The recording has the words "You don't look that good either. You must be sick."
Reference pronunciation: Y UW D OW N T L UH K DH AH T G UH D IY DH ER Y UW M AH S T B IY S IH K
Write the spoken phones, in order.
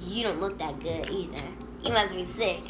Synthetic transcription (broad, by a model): Y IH D OW N T L UH K DH AH T G UH D IY DH ER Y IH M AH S B IY S IH K